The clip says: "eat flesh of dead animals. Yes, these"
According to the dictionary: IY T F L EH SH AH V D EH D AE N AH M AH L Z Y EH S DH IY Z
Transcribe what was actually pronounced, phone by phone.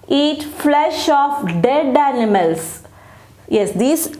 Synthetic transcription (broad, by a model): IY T F L EH SH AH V D EH D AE N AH M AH L S Y EH S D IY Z